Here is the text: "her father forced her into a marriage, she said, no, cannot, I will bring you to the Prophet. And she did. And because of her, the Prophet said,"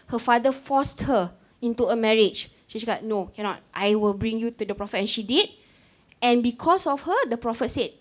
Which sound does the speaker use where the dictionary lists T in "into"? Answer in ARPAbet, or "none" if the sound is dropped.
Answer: T